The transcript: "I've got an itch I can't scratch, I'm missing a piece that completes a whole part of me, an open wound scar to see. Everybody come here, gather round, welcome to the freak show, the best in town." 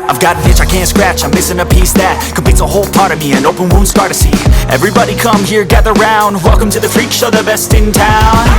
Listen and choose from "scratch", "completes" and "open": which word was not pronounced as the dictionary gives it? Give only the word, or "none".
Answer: completes